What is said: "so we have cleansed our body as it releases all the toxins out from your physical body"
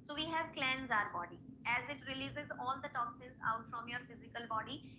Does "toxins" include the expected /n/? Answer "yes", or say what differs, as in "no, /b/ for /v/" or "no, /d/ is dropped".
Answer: no, /n/ is dropped